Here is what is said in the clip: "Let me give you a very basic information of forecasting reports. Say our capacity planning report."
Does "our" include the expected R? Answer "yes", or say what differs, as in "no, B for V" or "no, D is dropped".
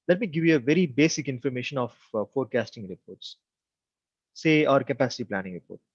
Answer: yes